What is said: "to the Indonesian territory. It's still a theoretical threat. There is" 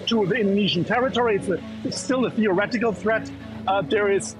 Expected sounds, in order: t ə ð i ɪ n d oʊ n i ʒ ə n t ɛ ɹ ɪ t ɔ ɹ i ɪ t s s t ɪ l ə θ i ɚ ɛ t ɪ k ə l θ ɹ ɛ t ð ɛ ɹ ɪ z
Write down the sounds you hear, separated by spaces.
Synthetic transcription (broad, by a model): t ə ð i ɪ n d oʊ n i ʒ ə n t ɛ ɹ ɪ t ɔ ɹ i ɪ t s s t ɪ l ə θ i ɚ ɛ t ɪ k ə l θ ɹ ɛ t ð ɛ ɹ ɪ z